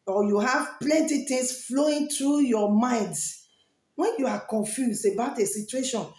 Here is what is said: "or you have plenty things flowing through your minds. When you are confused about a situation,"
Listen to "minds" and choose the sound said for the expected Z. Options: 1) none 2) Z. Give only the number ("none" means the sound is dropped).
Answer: 1